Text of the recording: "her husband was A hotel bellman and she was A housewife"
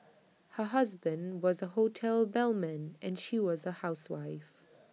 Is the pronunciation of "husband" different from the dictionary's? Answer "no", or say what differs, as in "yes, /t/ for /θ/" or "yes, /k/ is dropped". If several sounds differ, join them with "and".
no